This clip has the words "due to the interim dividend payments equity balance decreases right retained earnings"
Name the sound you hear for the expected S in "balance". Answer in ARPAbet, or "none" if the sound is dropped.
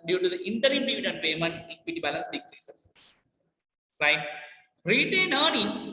S